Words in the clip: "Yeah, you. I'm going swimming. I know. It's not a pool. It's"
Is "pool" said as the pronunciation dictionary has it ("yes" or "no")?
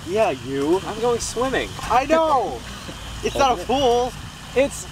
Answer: no